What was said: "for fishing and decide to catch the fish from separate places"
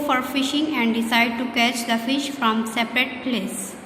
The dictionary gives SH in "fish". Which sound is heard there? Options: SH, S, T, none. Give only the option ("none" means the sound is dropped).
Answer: SH